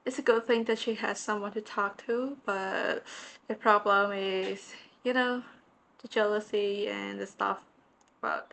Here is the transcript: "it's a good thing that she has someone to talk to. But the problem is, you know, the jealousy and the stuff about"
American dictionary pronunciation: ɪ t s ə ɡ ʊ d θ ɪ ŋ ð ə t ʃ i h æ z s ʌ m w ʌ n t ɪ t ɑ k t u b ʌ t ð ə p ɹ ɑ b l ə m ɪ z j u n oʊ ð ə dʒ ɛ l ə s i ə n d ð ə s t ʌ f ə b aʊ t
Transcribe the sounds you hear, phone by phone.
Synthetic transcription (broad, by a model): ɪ t s ə ɡ ʊ d θ ɪ ŋ ð ə t ʃ i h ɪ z s ʌ m w ʌ n t ɪ t ɑ k t u b ʌ t ð ə p ɹ ɑ b l ə m ɪ z j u n oʊ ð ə dʒ ɛ l ə s i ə n ð ə s t ʌ f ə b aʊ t